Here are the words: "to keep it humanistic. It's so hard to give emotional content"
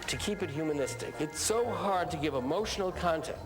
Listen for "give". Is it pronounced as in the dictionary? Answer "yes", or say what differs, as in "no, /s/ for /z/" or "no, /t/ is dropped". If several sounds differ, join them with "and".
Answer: yes